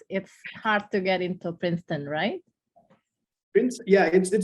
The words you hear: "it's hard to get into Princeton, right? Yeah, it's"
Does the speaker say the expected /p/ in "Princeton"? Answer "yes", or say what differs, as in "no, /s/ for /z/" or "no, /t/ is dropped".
yes